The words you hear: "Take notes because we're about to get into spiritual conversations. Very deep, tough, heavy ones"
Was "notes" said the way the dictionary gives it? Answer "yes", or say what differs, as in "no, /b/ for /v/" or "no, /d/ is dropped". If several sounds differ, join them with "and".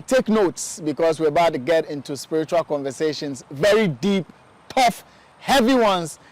yes